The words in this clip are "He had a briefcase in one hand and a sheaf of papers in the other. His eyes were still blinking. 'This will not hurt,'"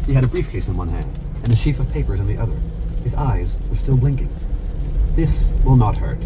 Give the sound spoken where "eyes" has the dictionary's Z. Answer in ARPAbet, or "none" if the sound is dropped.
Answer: Z